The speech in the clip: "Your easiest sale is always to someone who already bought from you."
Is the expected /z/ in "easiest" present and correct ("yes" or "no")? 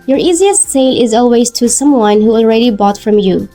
yes